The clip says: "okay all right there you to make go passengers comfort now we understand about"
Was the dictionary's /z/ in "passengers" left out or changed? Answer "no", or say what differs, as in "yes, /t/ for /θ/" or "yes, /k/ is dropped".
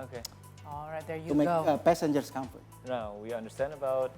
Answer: yes, /s/ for /z/